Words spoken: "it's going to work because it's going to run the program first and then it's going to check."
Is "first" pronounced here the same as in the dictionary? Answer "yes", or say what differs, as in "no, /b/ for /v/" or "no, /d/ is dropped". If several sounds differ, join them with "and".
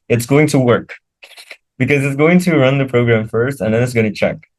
yes